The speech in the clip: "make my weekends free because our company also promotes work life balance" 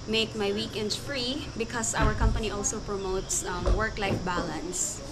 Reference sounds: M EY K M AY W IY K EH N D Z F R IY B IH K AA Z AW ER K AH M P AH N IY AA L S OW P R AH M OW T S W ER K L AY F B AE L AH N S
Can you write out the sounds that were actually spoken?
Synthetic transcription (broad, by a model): M EY K M AY W IY K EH N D F R IY B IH K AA S AW ER K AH M P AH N IY AA L S OW P R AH M OW T S W ER K L AY F B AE L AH N S